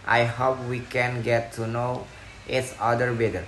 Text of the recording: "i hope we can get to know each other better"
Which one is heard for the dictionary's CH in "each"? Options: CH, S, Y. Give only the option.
S